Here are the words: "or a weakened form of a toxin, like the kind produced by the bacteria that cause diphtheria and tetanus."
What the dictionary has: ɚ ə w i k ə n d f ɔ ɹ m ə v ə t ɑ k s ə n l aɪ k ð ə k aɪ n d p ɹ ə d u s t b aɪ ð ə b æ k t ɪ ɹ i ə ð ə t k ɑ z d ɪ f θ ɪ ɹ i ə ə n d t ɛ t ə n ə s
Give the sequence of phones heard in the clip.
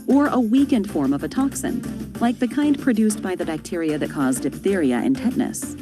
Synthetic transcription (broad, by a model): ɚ ə w i k ə n d f ɔ ɹ m ə v ə t ɑ k s ə n l aɪ k ð ə k aɪ n d p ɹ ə d u s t b aɪ ð ə b æ k t ɪ ɹ i ə ð ə t k ɑ z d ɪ p θ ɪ ɹ i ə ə n t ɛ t n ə s